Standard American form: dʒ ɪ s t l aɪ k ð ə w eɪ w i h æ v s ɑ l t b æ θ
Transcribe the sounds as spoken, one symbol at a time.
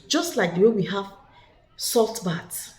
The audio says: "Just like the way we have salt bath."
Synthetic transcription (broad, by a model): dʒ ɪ s t l aɪ k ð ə w eɪ w i h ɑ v s ɑ l t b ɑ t